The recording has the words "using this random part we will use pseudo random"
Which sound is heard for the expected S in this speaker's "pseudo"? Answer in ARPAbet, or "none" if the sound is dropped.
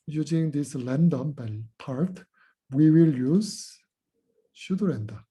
SH